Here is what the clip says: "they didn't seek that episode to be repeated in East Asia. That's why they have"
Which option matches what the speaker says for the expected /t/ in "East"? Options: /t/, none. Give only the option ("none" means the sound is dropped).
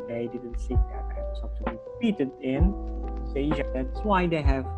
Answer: none